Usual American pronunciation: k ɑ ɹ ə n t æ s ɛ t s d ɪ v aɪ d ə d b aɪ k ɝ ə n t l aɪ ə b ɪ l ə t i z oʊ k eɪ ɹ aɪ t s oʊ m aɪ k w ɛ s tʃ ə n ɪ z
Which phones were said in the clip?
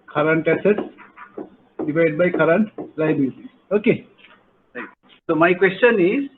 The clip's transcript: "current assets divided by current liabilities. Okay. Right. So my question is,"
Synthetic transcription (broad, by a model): k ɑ ɹ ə n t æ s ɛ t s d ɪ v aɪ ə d b aɪ k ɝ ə n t l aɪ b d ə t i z oʊ k eɪ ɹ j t s oʊ m aɪ k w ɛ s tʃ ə n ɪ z